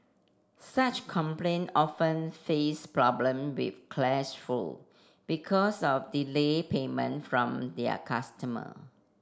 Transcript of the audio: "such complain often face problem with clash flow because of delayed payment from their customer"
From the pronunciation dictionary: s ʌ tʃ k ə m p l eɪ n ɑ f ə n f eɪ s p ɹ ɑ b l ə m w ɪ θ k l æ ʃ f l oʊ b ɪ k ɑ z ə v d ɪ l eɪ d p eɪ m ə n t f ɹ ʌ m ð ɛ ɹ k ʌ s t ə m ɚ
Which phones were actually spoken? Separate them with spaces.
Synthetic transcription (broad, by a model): s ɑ tʃ k ə m p l eɪ n ɑ f ə n f eɪ s p ɹ ɑ b l ə m w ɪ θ k l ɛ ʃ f u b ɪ k ɑ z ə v d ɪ l eɪ p eɪ m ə n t f ɹ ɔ m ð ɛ k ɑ s t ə m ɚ